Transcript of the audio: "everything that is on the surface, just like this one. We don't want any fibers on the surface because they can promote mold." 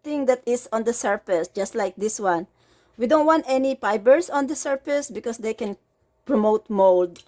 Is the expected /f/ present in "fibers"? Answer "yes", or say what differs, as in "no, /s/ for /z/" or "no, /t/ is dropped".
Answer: no, /p/ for /f/